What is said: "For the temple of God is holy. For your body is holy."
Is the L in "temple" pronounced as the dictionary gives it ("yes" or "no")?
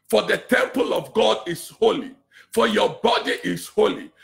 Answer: yes